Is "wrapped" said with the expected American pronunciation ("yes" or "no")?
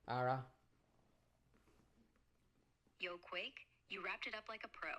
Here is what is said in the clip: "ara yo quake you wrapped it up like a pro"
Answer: yes